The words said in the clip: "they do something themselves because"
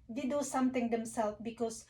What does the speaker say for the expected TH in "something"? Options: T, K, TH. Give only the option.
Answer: T